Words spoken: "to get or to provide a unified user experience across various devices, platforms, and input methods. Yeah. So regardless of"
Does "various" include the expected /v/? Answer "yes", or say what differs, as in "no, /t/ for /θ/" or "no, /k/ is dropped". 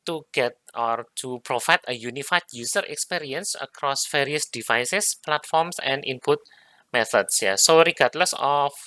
no, /f/ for /v/